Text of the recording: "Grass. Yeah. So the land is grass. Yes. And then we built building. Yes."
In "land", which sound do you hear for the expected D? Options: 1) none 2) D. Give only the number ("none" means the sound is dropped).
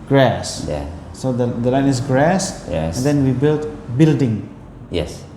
1